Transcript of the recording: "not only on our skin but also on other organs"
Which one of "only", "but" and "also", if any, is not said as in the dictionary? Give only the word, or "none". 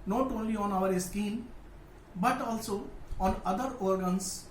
none